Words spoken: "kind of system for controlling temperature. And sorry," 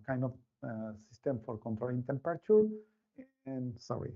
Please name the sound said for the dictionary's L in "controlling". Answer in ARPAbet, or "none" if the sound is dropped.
none